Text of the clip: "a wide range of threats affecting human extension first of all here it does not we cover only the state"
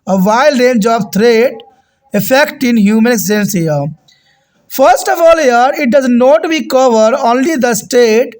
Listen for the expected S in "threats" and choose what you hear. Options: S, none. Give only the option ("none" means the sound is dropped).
none